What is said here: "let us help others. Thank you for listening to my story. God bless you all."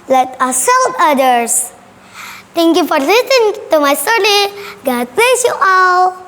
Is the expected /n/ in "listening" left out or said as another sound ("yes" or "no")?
yes